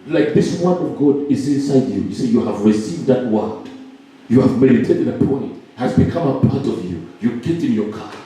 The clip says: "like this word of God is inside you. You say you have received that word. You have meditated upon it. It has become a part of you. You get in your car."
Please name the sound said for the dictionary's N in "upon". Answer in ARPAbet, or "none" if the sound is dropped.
none